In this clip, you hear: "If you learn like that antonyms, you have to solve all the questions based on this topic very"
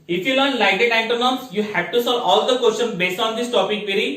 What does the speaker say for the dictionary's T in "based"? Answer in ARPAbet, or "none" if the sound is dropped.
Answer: T